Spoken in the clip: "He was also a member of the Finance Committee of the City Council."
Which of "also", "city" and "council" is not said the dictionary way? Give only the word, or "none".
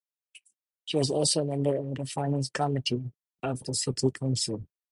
none